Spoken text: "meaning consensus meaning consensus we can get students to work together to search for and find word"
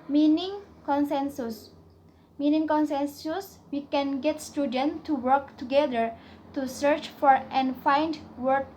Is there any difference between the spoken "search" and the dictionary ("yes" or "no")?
no